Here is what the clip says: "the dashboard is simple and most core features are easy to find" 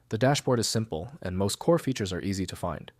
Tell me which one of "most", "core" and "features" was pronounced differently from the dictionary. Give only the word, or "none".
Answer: none